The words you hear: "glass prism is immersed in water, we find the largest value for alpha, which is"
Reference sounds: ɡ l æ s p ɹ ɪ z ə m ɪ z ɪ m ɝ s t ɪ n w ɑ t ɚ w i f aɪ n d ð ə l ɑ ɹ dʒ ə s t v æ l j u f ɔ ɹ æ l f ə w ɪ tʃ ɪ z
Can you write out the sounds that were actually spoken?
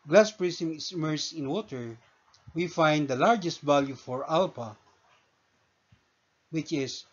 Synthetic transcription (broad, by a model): ɡ l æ s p ɹ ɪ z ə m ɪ s ɪ m ɝ s t ɪ n w ɑ t ɚ w i f aɪ n d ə l ɑ ɹ dʒ ə s t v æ l j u f ɔ ɹ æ l p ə w ɪ tʃ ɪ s